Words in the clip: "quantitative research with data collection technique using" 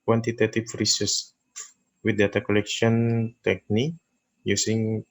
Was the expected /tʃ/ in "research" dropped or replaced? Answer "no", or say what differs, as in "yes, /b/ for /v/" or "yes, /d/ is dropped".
yes, /s/ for /tʃ/